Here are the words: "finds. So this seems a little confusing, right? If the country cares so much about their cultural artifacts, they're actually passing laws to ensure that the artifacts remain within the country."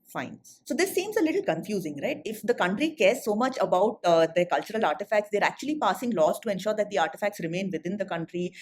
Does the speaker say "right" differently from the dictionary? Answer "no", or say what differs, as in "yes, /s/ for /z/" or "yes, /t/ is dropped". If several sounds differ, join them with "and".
no